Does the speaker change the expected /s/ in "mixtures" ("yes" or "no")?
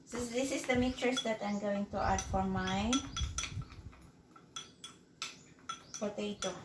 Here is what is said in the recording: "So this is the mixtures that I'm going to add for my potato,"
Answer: yes